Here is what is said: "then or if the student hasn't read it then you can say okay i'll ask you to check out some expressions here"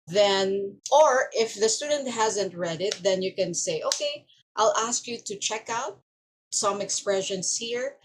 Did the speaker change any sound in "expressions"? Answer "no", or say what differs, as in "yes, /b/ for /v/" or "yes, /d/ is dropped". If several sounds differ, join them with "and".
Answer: yes, /s/ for /z/